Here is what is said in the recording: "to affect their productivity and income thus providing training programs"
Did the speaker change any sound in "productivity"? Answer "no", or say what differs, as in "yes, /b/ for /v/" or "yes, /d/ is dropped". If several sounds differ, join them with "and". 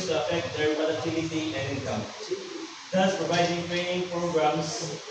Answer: yes, /k/ is dropped